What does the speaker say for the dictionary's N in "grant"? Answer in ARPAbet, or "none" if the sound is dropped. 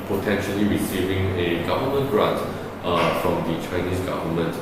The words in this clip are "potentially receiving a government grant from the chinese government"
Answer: none